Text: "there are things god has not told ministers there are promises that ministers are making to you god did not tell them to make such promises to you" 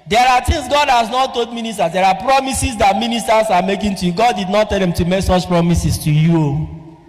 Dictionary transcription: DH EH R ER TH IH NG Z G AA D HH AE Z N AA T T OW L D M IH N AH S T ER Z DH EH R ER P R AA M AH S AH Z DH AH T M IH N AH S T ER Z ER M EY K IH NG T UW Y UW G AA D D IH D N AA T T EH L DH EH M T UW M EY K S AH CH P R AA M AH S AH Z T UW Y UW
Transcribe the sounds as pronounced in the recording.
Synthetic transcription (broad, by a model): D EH R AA T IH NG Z G AA D HH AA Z N AA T T OW L D M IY N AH S T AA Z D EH R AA P R AA M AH S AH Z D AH T M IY N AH S T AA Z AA M EY K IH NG T UW Y UW G AA D D IH D N AA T T EH L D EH M T UW M EY K S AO CH P R AA M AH S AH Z T UW Y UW